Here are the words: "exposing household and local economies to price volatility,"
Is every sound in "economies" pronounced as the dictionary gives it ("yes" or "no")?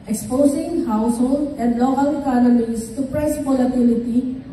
no